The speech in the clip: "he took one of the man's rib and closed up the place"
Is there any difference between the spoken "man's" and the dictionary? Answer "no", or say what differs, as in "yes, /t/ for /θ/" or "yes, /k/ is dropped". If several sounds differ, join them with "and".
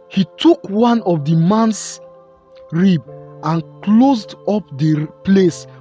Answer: yes, /s/ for /z/